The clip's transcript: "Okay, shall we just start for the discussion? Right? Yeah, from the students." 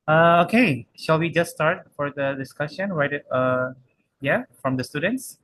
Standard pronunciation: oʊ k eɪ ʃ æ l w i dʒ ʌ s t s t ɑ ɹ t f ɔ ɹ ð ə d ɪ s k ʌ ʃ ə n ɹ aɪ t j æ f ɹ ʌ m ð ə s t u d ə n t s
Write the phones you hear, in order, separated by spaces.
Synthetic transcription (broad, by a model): oʊ k eɪ ʃ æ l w i dʒ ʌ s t s t ɑ ɹ t f ɔ ɹ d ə d ɪ s k ʌ ʃ ə n w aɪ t j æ f ɹ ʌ m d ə s t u d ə n t s